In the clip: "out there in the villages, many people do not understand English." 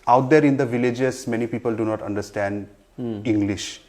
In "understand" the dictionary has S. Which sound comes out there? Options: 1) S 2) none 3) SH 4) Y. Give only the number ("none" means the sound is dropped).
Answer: 1